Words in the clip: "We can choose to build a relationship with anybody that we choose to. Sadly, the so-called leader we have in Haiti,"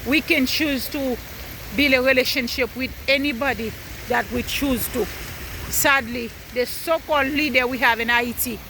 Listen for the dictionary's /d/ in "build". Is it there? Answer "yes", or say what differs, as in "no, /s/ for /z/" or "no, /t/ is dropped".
no, /d/ is dropped